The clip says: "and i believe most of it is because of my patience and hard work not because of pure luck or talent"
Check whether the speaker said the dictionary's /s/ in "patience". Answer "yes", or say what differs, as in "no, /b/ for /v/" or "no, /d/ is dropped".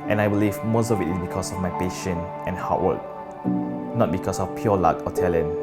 no, /s/ is dropped